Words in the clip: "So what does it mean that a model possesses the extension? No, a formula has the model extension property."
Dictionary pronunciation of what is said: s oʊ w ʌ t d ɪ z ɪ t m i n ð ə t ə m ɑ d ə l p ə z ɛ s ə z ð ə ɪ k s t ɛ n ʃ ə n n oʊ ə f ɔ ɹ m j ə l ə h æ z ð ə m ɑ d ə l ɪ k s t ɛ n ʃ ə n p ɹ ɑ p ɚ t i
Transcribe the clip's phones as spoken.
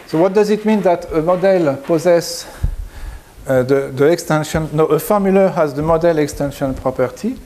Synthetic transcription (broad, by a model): s oʊ w ʌ t d ɪ z ɪ t m i n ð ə t ə m ɑ d ə l p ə z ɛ s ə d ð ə ɪ k s t ɛ n ʃ ə n n oʊ ə f ɔ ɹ m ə l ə h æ z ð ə m ɑ d ə l ɪ k s t ɛ n ʃ ə n p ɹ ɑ p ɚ t i